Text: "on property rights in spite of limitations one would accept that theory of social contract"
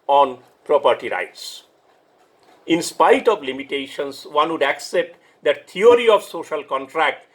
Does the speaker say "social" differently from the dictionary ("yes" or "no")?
no